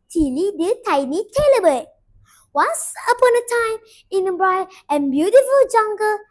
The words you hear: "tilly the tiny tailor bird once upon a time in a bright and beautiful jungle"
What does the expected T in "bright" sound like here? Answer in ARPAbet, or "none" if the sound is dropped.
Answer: none